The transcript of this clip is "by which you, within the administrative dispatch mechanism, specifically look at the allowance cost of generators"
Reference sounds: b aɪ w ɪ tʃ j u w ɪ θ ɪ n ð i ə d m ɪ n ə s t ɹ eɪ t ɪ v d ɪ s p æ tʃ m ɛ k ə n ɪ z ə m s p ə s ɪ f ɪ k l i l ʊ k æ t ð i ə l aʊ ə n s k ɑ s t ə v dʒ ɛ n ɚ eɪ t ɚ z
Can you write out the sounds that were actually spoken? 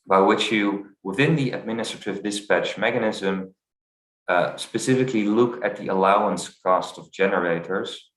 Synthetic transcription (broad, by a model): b aɪ w ɪ tʃ j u w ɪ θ ɪ n ð i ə d m ɪ n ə s t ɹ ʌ t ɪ v d ɪ s p æ tʃ m ɛ k ə n ɪ z ə m s p ə s ɪ f ɪ k l i l ʊ k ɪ t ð i ə l aʊ ə n s k ɑ s t ə v dʒ ɛ n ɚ eɪ t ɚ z